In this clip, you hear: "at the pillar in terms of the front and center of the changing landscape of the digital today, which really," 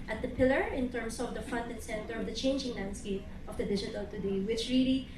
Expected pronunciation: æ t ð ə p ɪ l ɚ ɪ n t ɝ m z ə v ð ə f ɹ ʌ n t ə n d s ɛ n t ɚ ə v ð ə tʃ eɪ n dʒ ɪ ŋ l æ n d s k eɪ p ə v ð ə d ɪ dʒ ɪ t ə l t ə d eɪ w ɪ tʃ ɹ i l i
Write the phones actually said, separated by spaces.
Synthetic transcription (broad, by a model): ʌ t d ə p ɪ l ɚ ɪ n t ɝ m s ə v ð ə f ʌ n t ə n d s ɛ n t ɚ ə v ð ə tʃ eɪ n dʒ ɪ ŋ l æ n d s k eɪ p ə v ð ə d ɪ dʒ ɪ t ə l t ə d eɪ w ɪ tʃ ɹ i l i